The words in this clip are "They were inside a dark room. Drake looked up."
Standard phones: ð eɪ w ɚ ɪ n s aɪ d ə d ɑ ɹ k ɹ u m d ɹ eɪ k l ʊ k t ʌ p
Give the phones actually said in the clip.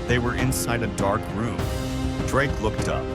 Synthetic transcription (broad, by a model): ð eɪ w ɚ ɪ n s aɪ d ə d ɑ ɹ k ɹ u m d ɹ eɪ k l ʊ k t ʌ p